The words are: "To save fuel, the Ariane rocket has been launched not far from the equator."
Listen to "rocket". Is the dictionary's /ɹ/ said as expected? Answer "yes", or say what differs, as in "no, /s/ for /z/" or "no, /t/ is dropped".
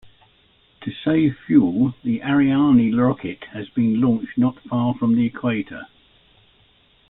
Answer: no, /l/ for /ɹ/